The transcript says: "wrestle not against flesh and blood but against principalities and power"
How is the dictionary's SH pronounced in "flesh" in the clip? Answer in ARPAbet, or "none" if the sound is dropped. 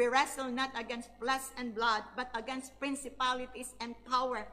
S